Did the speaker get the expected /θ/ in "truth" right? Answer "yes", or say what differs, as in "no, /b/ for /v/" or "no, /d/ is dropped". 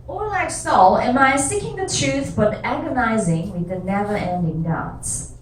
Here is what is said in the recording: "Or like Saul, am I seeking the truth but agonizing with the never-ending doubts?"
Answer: yes